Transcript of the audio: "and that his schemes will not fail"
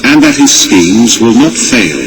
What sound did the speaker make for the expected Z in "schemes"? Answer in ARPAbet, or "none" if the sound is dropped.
Z